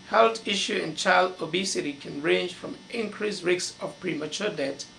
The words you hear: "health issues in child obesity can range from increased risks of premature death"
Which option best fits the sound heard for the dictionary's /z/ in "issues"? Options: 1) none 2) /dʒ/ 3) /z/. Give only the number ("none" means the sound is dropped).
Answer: 1